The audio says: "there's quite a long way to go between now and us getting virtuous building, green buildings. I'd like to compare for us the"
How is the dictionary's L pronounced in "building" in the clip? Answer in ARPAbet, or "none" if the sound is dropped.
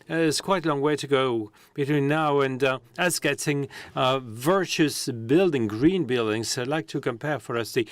L